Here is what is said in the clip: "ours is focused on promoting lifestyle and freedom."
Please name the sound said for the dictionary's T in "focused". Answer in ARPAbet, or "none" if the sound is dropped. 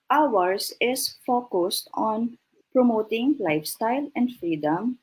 T